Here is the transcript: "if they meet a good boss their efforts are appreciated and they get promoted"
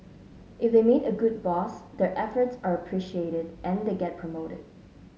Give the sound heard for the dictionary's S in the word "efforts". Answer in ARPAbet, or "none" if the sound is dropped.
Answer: S